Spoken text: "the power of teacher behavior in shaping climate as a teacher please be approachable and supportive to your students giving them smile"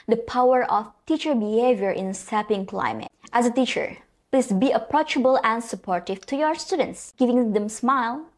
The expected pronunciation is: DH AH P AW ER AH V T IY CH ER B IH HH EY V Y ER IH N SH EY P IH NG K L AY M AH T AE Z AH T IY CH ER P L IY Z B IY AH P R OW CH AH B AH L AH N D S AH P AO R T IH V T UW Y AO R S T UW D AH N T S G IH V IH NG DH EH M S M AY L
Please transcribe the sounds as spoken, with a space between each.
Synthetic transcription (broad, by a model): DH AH P AW ER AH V T IY CH ER B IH HH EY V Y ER IH N S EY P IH NG K L AY M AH T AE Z AH T IY CH ER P L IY S B IY AH P R OW CH AH B AH L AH N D S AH P AO R T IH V T UW Y AO R S T UW D AH N T S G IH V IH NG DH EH M S M AY L